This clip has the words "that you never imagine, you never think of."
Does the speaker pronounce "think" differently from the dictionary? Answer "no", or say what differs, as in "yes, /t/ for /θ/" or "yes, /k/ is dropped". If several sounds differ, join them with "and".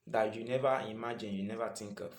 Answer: yes, /t/ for /θ/